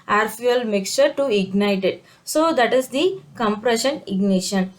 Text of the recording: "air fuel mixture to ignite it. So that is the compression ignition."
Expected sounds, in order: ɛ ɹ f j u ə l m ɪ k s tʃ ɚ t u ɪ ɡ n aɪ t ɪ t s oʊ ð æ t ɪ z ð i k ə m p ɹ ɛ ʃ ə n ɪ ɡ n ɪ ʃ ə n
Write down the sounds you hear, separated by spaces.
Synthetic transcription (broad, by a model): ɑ ɹ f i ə l m ɪ k s tʃ ɚ t u ɪ ɡ n aɪ t ɪ t s oʊ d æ t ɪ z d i k ə m p ɹ ɛ ʃ ə n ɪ ɡ n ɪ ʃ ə n